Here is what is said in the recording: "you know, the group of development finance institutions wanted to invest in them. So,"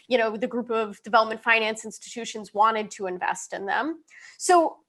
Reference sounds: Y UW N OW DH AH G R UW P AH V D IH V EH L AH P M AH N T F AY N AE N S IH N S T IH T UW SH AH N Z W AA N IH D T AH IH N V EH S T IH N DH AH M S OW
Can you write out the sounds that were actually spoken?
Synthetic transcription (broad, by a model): Y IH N OW DH AH G R UW P AH V D IH V EH L AH P M AH N T F AY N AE N S IH N S T IH T UW SH AH N Z W AA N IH D T AH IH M V EH S T IH N DH AH M S OW